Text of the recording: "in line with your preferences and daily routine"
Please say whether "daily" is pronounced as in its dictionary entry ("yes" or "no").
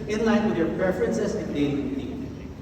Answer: no